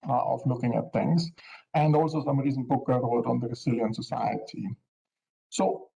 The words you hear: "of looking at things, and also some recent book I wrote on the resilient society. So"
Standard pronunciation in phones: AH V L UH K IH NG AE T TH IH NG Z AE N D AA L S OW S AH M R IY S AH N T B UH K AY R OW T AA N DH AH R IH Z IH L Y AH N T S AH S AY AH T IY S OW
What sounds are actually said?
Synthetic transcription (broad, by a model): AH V L UH K IH NG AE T T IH NG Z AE N D AA L S OW S AH M R IY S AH N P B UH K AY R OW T AA N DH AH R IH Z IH L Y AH N S AH S AY AH T IY S OW